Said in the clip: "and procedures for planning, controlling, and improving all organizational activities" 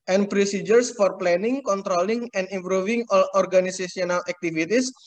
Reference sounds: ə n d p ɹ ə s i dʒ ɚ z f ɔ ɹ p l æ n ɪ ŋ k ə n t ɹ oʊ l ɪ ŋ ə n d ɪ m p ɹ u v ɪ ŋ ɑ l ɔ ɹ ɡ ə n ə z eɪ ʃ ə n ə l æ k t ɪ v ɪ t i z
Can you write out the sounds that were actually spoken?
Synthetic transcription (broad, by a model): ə n p ɹ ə s i dʒ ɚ s f ɔ ɹ p l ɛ n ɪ ŋ k ə n t ɹ oʊ l ɪ ŋ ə n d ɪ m p ɹ u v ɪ ŋ ɑ l ɔ ɹ ɡ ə n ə s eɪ s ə n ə l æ k t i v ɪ t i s